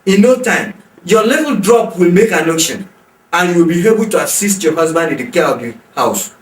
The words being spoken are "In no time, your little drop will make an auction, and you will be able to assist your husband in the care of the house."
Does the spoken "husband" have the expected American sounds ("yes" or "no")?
yes